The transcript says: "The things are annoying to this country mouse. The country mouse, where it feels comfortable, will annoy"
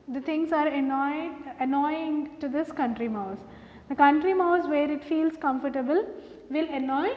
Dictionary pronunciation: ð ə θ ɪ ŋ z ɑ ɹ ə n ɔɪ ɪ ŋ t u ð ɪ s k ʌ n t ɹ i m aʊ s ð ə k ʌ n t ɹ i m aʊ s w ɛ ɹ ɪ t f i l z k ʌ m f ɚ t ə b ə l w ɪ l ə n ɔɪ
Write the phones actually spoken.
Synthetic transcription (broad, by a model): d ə t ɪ ŋ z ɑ ɹ ə n ɔɪ ɪ ŋ t u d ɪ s k ʌ n t ɹ i m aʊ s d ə k ʌ n t ɹ i m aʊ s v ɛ ɹ ɪ t f i l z k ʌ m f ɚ t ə b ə l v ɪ l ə n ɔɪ